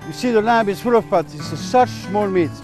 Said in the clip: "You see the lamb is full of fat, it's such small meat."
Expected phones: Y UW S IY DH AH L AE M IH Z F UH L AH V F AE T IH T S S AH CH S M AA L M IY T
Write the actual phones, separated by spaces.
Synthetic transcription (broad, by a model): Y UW S IY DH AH L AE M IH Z F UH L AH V P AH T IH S S AH CH S M AA L M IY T